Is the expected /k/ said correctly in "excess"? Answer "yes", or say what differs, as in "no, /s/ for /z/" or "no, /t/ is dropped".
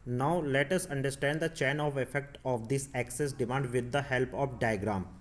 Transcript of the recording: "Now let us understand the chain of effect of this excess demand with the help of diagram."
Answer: yes